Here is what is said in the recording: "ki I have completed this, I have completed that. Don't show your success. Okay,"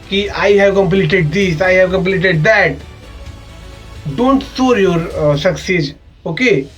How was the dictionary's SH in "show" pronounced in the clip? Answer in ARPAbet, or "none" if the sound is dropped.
S